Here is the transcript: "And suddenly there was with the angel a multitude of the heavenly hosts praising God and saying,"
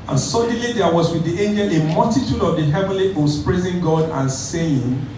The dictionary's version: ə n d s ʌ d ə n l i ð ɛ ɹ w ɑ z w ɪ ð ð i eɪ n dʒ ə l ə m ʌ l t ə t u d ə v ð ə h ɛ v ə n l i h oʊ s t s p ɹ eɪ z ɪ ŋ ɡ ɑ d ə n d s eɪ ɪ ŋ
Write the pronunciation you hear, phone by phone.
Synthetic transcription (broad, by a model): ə n s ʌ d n l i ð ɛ w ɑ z w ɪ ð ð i eɪ n dʒ ə l ə m ʌ l t ə t u d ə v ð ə h ɛ v ə n l i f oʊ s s p ɹ eɪ z ɪ ŋ ɡ ɑ d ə n s eɪ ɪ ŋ